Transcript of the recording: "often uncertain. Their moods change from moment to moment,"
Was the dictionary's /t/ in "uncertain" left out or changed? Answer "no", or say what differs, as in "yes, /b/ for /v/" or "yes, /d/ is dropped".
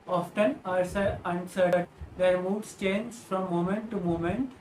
yes, /s/ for /t/